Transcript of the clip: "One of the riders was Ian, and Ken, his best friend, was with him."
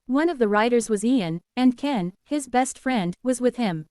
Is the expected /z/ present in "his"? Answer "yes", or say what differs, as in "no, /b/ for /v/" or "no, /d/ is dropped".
yes